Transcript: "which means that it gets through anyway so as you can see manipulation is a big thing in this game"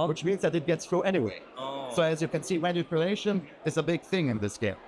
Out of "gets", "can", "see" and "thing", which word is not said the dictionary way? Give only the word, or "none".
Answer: none